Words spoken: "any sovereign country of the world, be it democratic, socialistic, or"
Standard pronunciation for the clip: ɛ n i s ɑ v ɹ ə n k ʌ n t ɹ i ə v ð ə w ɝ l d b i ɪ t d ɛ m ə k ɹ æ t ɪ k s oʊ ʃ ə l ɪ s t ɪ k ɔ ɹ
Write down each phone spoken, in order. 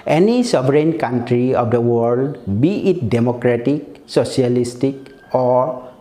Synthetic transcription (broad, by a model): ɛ n i s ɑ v ɹ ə n k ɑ n t ɹ i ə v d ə w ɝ l d b i ɪ t d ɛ m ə k ɹ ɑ t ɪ k s oʊ s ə l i s t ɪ k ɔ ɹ